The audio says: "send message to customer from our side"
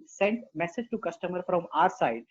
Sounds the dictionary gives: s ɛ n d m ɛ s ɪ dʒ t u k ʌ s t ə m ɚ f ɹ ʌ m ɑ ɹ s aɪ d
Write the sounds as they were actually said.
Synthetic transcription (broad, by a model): s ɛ n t m ɛ s ɪ dʒ t u k ʌ s t ə m ɚ f ɹ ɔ m ɑ ɹ s aɪ d